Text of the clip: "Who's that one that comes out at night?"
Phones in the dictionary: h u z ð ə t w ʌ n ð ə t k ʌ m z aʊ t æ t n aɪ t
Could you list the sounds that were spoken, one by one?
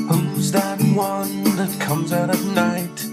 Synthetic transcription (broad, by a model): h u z ð ə t w ʌ n ð ə t k ʌ m z aʊ t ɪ n aɪ t